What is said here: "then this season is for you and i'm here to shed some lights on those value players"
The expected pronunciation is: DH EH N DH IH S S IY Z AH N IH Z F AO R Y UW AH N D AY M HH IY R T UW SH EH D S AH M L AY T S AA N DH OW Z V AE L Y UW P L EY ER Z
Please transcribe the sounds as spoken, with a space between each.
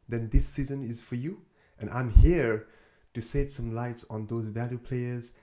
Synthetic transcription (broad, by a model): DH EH N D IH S S IY Z AH N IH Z F AO R Y UW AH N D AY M HH IY R T UW S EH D S AH M L AY T S AA N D OW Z V AE L Y UW P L EY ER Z